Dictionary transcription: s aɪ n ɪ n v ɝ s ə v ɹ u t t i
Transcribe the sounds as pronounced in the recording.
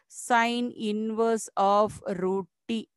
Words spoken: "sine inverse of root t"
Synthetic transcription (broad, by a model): s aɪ n ɪ n v ɝ s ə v ɹ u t t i